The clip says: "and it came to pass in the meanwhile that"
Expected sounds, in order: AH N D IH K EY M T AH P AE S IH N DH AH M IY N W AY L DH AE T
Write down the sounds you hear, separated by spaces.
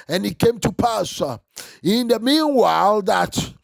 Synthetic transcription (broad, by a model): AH N IH K EY M T AH P AE S IH N DH AH M IY N W AY L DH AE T